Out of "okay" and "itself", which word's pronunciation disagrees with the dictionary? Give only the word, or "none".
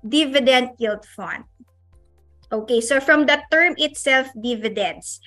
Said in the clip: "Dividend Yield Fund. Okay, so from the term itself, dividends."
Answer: none